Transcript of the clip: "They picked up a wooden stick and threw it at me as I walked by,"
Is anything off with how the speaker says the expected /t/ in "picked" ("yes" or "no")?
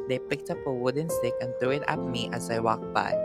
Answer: no